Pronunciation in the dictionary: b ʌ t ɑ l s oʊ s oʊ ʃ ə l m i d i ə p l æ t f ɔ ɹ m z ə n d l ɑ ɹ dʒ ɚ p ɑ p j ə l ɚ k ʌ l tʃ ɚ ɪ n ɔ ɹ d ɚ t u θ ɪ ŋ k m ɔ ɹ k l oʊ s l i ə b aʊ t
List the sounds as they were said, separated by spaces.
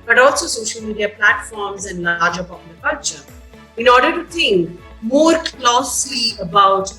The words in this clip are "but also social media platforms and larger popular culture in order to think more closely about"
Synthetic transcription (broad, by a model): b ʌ t ɑ l s oʊ s oʊ ʃ ə l m i d i ə p l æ t f ɔ ɹ m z ə n d l ɑ ɹ dʒ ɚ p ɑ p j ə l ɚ k ʌ l tʃ ɚ ɪ n ɔ ɹ d ɚ t u t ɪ ŋ k m ɔ ɹ k l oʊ s l i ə b aʊ t